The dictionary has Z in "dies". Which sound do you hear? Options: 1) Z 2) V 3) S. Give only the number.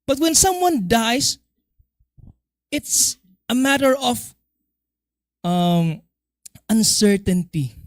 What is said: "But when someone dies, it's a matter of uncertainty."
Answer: 3